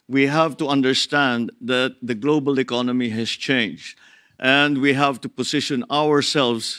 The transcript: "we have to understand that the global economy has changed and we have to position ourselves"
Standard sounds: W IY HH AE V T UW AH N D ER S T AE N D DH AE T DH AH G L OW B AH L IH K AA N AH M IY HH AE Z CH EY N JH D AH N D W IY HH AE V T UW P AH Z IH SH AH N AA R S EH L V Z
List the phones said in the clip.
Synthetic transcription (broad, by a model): W IY HH AE V T UW AH N D ER S T AE N D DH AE T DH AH G L OW B AH L IH K AA N AH M IY HH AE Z CH EY N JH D AH N D W IY HH AE V T UW P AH S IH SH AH N AA R S EH L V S